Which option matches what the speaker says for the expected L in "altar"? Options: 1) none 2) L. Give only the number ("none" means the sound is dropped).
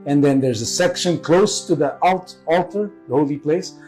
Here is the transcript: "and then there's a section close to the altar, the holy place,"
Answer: 2